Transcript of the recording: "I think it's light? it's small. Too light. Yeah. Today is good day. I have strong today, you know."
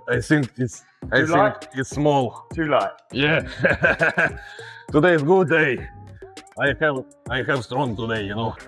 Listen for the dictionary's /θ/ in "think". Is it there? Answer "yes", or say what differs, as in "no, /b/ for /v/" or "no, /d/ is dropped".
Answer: no, /s/ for /θ/